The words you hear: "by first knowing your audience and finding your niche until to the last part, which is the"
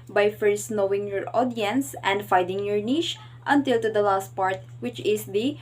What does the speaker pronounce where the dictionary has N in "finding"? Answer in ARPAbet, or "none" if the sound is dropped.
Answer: none